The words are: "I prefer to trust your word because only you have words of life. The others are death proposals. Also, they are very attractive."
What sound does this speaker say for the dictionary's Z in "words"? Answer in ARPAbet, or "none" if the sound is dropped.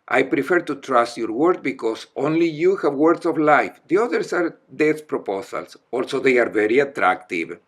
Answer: S